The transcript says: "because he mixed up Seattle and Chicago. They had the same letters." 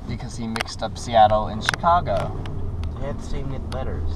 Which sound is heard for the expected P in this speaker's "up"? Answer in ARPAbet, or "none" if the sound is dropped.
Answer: P